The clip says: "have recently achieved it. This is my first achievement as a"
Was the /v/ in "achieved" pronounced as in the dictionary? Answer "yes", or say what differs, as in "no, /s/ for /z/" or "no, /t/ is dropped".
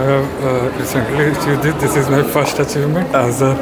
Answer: no, /v/ is dropped